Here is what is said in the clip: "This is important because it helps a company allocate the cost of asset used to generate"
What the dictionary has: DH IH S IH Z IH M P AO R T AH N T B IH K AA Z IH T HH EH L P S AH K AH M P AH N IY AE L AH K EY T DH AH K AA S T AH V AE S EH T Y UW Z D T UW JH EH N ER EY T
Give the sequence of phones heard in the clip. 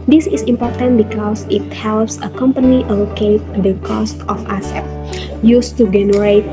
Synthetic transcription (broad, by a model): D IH S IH S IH M P AO R T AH N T B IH K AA S IH T HH EH L P S AH K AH M P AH N IY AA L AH K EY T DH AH K AA S T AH F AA S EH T Y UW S T UW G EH N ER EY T